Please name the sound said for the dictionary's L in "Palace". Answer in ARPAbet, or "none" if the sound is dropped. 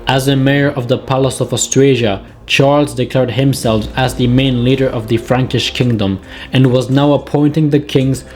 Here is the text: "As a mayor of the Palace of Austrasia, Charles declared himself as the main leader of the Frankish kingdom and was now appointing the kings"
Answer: L